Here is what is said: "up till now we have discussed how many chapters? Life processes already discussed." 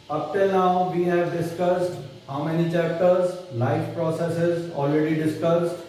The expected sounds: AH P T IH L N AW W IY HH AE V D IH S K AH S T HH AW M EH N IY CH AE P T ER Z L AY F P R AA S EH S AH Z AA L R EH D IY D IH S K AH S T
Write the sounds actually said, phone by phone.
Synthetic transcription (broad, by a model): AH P T IH L N AW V IY HH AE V D IH S K AH S T HH AW M EH N IY CH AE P T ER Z L AY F P R AA S EH S AH Z AA L R EH D IY D IH S K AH S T